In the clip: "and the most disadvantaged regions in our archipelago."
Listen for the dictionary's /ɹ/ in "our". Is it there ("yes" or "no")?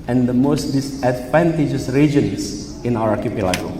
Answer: no